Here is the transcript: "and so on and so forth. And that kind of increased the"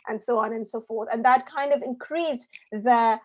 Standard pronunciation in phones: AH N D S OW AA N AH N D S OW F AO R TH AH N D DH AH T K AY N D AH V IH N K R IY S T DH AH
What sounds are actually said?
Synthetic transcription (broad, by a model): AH N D S OW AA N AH N S OW F AO R TH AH N DH AH T K AY N D AH V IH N K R IY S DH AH